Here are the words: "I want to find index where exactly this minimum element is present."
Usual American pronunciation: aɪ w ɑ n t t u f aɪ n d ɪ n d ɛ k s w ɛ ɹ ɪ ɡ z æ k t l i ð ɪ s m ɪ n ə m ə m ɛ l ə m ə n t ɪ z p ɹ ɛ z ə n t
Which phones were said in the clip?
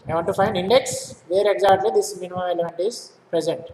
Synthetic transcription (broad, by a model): aɪ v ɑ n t t u f aɪ n d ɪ n d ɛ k s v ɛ ɹ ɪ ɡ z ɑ t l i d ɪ s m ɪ n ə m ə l ɛ l ə m ə n t ɪ z p ɹ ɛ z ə n t